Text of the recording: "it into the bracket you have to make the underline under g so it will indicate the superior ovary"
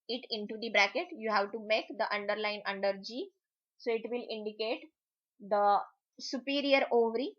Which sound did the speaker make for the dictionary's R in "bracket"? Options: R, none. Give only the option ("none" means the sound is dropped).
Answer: R